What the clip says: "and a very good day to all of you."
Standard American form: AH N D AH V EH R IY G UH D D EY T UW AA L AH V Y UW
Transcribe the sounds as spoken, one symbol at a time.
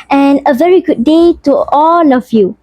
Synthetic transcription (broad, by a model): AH N AH V EH R IY G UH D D EY T UW AA L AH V Y UW